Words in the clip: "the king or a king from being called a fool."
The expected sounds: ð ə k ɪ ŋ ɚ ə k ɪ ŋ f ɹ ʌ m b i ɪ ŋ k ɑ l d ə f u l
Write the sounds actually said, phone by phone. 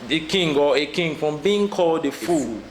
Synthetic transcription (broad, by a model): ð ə k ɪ ŋ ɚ ə k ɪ ŋ f ɹ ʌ m b i ɪ ŋ k ɑ l d ə f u